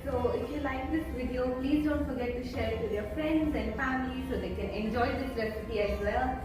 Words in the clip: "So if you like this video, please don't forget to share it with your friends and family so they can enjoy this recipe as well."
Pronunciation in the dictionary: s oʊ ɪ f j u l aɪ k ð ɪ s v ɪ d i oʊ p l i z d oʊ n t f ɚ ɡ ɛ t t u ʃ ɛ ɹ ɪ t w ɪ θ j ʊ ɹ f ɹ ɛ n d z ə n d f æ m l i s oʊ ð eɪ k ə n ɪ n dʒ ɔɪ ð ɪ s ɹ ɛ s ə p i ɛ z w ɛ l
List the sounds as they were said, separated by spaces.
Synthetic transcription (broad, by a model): s oʊ ɪ f j u l aɪ k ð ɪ s v ɪ d i oʊ p l i z d oʊ n t f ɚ ɡ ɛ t t u ʃ ɛ ɹ ɪ t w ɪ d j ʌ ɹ f ɹ ɛ n d z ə n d f æ m l i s oʊ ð eɪ k ə n ɪ n dʒ ɔɪ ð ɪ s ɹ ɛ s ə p i ɛ z w ɛ l